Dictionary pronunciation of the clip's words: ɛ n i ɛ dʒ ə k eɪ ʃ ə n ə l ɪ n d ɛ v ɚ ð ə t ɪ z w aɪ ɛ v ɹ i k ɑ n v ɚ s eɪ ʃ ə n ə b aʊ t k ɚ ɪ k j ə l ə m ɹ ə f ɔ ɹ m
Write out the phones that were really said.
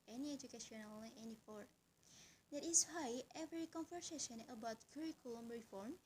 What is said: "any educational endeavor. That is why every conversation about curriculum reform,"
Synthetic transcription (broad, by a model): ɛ n i ɛ dʒ ə k eɪ ʃ ə n ə l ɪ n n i f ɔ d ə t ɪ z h aɪ ɛ v ɹ i k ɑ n f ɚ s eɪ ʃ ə n ə b aʊ t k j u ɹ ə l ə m ɹ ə f ɔ ɹ m